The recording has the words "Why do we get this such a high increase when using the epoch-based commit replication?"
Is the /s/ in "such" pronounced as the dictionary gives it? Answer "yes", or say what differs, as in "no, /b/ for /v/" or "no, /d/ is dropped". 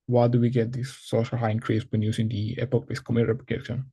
no, /ʃ/ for /s/